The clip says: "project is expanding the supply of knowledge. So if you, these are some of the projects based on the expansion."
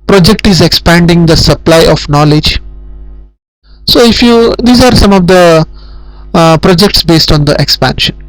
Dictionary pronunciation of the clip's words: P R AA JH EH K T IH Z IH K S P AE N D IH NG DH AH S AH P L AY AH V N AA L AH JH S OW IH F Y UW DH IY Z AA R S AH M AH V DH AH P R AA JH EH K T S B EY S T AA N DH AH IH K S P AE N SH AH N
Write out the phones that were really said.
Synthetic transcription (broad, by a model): P R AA JH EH K T IH Z IH K S P AE N D IH NG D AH S AH P L AY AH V N AA L AH JH S OW IH F Y UW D IY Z AA R S AH M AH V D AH P R AA JH EH K T S B EY S T AA N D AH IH K S P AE N SH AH N